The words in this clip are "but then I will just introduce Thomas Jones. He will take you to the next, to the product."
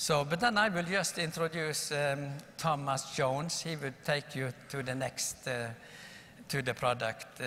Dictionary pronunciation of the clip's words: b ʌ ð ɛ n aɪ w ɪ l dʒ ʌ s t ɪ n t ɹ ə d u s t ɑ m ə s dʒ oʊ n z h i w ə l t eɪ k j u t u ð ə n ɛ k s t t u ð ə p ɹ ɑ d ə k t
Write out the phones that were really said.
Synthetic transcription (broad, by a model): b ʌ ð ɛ n aɪ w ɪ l dʒ ʌ s t ɪ n t ɹ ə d u s t ɑ m ə s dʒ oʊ n s h i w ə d t eɪ k j u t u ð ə n ɛ k s t t u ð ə p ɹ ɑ d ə k t